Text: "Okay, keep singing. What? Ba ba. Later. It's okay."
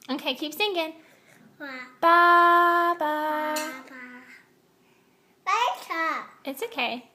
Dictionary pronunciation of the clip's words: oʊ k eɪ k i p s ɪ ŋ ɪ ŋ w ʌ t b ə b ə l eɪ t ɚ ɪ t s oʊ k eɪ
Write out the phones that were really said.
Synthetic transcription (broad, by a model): oʊ k eɪ k i p θ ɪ ŋ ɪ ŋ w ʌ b b ə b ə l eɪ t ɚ ɪ t s oʊ k eɪ